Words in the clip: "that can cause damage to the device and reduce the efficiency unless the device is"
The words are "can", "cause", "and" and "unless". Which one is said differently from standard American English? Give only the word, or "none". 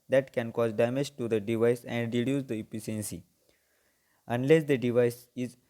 none